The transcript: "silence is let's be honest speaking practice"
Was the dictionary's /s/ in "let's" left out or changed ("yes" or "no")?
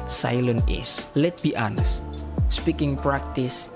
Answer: yes